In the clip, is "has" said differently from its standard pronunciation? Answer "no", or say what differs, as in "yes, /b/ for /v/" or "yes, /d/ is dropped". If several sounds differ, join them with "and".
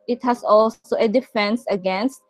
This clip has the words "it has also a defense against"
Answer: yes, /s/ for /z/